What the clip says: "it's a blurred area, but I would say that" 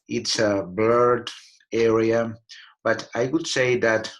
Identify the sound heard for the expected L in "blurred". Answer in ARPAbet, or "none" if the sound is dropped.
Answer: none